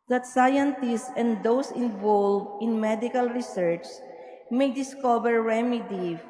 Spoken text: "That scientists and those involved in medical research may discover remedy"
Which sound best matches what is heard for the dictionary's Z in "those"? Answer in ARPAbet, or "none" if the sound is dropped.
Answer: S